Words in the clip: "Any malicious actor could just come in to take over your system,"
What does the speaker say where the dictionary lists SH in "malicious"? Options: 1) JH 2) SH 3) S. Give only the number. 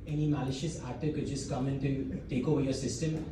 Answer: 2